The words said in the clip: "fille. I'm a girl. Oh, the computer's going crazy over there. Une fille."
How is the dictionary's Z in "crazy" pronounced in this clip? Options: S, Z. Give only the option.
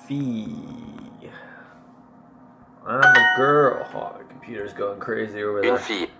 Z